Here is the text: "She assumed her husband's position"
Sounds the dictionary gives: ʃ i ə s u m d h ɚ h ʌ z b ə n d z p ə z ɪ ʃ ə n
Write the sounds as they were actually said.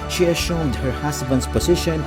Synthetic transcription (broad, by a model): ʃ i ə ʃ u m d h ɚ h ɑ s b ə n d s p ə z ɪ ʃ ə n